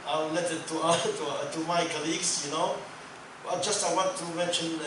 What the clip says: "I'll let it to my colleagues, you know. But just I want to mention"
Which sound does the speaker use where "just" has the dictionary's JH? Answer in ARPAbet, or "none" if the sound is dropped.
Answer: JH